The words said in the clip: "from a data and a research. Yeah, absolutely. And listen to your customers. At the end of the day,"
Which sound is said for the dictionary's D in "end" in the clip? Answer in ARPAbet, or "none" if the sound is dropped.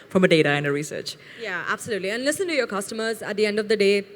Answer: D